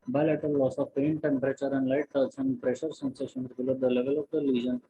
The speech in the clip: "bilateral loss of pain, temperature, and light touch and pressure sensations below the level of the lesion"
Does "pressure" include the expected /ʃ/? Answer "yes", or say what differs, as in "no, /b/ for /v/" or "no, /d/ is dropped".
yes